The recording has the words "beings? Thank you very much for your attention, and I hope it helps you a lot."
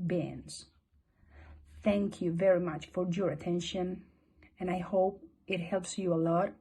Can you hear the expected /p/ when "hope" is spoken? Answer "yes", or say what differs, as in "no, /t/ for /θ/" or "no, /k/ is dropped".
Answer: yes